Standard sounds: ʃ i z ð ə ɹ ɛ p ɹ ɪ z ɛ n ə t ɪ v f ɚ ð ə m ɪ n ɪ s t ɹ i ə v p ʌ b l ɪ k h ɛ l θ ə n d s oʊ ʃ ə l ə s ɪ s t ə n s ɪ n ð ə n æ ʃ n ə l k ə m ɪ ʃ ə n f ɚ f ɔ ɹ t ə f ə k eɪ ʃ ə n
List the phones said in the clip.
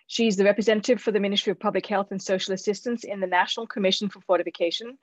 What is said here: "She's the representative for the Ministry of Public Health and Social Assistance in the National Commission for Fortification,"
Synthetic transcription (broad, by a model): ʃ i z ð ə ɹ ɛ p ɹ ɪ z ɛ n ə t ɪ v f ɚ ð ə m ɪ n ɪ s t ɹ i ə v p ʌ b l ɪ k h ɛ l θ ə n s oʊ ʃ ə l ə s ɪ s t ə n s ɪ n ð ə n æ ʃ n ə l k ə m ɪ ʃ ə n f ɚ f ɔ ɹ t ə f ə k eɪ ʃ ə n